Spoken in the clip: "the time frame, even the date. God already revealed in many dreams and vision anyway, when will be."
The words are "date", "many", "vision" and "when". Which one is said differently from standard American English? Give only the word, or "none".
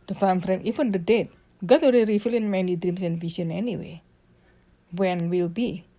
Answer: vision